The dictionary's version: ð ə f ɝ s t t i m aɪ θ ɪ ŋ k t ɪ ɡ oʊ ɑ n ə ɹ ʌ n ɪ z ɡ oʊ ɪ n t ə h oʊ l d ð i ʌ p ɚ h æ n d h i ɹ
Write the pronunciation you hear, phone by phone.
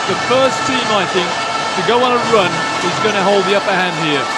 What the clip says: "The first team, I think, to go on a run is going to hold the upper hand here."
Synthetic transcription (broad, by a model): ð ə f ɝ s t t i m aɪ θ ɪ ŋ k t ɪ ɡ oʊ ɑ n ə ɹ ʌ n ɪ z ɡ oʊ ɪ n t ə h oʊ l d ð i ʌ p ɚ h æ n d h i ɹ